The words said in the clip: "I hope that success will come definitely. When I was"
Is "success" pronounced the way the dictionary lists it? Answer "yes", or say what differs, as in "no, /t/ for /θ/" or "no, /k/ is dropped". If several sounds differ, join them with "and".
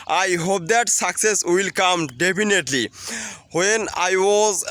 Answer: yes